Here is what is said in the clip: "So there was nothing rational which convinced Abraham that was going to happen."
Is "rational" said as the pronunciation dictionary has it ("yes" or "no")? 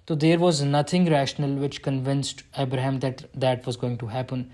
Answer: yes